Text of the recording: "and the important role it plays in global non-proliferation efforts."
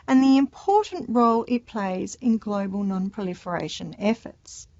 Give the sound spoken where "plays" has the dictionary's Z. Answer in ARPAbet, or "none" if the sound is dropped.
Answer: Z